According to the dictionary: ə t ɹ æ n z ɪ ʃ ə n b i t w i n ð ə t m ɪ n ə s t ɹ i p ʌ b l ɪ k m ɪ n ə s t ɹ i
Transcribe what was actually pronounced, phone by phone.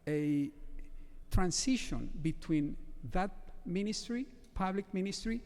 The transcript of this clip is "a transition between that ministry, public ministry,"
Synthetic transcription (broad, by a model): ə t ɹ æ n s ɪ ʃ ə n b i t w i n ð ə t m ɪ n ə s t ɹ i p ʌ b l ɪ k m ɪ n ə s t ɹ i